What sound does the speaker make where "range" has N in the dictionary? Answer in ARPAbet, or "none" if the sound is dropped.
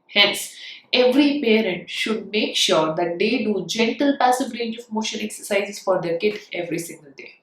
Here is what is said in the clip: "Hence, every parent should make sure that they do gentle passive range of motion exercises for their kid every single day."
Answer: N